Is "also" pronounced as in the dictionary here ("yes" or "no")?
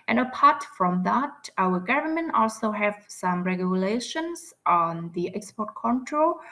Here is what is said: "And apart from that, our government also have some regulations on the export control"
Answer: yes